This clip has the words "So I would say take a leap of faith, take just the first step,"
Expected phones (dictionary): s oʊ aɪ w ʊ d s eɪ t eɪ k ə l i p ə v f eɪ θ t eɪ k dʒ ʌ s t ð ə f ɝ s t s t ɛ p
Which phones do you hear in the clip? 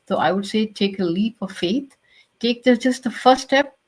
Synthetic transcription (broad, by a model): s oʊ aɪ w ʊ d s eɪ t eɪ k ə l i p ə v f eɪ t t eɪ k dʒ ʌ s t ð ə f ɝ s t s t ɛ p